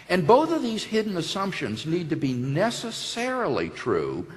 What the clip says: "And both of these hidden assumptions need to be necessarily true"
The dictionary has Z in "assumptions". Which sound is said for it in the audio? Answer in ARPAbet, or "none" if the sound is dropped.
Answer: Z